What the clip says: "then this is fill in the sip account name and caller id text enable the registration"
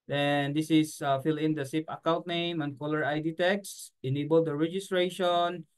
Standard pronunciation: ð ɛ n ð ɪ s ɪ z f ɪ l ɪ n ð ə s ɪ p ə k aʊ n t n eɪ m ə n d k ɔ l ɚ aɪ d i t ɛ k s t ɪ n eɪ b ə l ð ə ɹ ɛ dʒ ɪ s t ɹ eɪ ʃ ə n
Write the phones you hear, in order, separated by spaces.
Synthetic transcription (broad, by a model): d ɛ n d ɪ s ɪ s f ɪ l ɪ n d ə s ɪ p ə k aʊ l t n eɪ m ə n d k ɔ l ɚ aɪ d i t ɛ k s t ɪ n eɪ b ə l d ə ɹ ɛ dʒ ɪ s t ɹ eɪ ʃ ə n